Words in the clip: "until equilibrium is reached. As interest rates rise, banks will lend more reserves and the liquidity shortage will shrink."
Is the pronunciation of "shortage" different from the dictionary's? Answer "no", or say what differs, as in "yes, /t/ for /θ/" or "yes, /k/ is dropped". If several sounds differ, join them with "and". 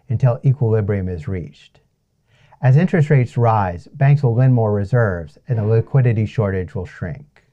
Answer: no